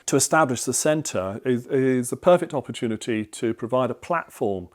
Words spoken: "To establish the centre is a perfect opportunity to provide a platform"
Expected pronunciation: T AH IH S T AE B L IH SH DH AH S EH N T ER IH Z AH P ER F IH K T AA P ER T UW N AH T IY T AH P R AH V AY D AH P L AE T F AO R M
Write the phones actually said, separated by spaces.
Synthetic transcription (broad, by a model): T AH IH S T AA B L IH SH DH AH S EH N T ER IH Z AH P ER F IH K T AA P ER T UW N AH T IY T AH P R AH V AY D AH P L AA T F AO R M